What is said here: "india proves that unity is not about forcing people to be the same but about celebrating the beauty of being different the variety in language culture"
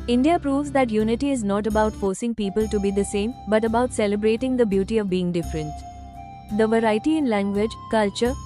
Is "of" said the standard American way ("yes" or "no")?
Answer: yes